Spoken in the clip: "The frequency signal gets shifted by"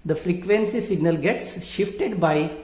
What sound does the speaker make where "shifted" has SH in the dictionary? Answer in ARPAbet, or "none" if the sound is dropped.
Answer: SH